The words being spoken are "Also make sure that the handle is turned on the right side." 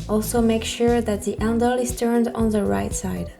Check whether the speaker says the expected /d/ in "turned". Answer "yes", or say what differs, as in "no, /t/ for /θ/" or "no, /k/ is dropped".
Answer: yes